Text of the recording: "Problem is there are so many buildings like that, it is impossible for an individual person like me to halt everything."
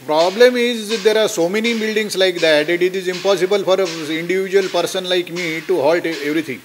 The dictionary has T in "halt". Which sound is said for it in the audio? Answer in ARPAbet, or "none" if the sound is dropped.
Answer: T